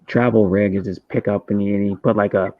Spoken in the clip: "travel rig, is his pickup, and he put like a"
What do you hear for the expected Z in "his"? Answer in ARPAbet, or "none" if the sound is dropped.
S